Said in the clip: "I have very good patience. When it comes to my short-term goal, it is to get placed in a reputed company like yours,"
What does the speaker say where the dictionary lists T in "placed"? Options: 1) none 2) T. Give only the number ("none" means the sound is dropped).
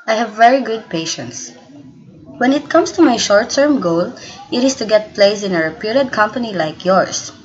1